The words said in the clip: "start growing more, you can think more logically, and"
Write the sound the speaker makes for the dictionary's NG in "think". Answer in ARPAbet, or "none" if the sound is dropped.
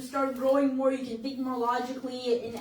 none